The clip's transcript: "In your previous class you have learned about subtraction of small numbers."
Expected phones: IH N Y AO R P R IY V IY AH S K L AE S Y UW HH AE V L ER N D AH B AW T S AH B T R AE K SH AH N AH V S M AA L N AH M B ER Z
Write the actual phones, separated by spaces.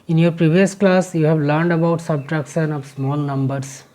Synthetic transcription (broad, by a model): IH N Y AO R P R IY V IY AH S K L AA S Y UW HH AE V L ER N D AH B AW T S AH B T R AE K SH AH N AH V S M AA L N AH M B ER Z